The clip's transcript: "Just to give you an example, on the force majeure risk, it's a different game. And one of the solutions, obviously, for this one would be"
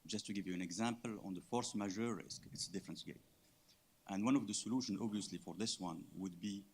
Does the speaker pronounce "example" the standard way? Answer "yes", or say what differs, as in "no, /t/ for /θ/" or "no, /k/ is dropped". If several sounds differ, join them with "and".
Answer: yes